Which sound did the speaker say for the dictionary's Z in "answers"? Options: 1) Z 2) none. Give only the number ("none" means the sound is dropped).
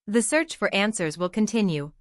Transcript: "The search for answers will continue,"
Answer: 1